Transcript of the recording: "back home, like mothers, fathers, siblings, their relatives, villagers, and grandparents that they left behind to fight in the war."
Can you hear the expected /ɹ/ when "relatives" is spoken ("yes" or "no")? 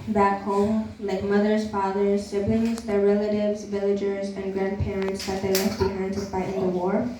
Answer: yes